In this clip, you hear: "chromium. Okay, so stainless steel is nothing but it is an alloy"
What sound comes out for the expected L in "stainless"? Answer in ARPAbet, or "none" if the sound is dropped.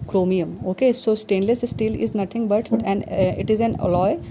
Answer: L